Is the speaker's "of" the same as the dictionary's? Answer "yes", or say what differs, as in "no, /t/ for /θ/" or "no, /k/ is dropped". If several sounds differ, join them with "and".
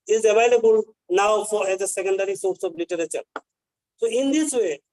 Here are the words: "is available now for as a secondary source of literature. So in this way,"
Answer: no, /b/ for /v/